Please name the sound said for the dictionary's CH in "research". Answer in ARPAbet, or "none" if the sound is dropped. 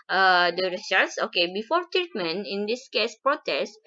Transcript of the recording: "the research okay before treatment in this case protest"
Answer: S